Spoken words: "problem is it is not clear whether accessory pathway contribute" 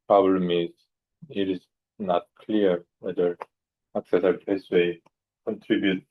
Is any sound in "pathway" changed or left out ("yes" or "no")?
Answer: yes